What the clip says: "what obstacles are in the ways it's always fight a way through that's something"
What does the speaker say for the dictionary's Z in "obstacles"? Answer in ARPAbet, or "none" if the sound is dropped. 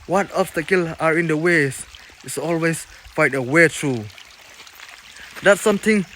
none